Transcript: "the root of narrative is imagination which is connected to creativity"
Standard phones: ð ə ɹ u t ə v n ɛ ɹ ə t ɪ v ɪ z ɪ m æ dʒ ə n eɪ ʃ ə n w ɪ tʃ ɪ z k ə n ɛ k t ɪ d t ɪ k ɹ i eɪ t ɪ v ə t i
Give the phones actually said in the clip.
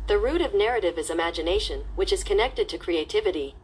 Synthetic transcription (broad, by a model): ð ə ɹ u t ə v n ɛ ɹ ə t ɪ v ɪ z ɪ m æ dʒ ə n eɪ ʃ ə n w ɪ tʃ ɪ z k ə n ɛ k t ɪ d t ɪ k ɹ i eɪ t ɪ v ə t i